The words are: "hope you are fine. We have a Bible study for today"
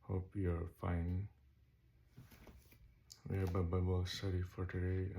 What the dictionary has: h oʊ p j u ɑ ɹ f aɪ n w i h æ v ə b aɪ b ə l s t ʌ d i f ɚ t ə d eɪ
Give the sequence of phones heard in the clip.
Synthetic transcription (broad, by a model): h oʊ p j u ɑ ɹ f aɪ n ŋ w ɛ b ə b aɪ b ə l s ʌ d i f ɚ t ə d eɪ